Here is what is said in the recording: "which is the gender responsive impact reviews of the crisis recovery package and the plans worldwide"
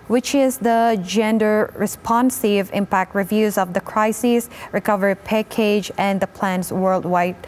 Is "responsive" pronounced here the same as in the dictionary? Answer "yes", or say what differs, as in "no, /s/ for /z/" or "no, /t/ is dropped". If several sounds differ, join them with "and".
yes